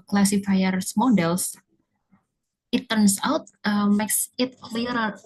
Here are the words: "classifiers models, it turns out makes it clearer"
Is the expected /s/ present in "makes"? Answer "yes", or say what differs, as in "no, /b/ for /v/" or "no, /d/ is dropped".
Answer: yes